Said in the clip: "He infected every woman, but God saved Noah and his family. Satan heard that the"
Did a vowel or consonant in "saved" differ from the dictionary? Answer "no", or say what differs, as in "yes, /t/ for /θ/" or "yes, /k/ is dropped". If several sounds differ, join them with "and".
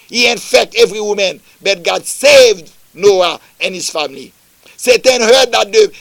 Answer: no